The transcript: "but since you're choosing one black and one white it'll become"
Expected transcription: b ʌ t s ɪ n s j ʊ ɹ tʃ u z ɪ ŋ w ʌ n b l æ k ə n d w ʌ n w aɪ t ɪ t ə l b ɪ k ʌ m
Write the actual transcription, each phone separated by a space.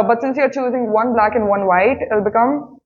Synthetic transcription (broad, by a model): b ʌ t s ɪ n s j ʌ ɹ tʃ u z ɪ ŋ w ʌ n b l æ k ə n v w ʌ n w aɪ ɪ t ə l b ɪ k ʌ m